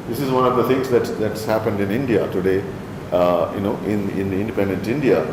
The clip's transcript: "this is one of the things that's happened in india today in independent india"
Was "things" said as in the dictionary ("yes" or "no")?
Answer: no